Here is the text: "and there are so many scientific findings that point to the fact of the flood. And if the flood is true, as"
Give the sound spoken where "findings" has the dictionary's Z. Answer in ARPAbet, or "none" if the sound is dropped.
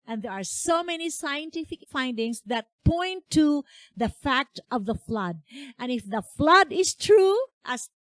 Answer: S